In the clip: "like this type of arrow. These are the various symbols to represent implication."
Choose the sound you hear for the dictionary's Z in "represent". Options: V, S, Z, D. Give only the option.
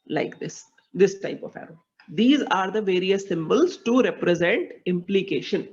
Z